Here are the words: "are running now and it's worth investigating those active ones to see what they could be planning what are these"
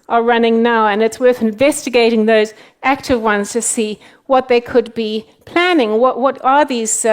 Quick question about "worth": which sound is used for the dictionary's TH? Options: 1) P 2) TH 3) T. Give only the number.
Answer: 2